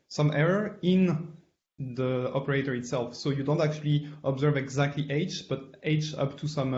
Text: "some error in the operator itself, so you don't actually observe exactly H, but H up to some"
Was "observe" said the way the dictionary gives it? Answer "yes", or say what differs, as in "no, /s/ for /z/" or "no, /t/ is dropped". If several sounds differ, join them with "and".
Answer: yes